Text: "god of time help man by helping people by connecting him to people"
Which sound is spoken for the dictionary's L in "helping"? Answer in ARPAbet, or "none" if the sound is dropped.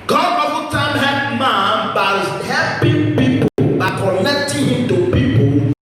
none